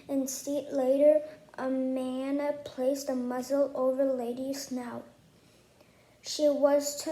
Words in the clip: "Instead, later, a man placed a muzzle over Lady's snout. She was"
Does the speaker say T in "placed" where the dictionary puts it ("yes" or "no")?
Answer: yes